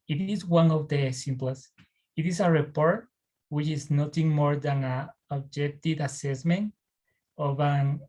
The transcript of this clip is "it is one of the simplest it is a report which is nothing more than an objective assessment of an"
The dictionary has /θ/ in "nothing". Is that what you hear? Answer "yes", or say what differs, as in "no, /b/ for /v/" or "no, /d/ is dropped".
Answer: no, /t/ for /θ/